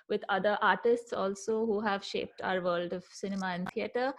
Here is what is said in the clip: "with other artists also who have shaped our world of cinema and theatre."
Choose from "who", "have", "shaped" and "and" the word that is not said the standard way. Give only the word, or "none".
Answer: none